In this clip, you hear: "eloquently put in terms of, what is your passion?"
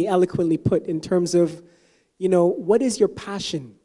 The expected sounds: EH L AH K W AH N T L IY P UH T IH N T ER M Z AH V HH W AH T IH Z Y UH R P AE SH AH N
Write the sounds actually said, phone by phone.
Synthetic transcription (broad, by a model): EH L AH K W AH N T L IY P UH T IH N T ER M Z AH V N W AH T IH Z Y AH R P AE SH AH N